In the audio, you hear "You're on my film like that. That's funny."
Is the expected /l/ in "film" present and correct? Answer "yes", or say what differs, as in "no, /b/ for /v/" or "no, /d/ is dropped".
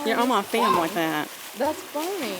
no, /l/ is dropped